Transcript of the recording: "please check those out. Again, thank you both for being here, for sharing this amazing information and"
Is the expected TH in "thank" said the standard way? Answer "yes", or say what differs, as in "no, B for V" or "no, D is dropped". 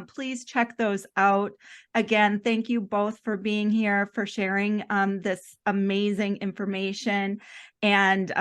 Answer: yes